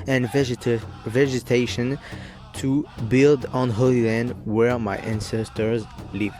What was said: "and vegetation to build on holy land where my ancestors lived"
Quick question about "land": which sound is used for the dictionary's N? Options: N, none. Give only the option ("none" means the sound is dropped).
N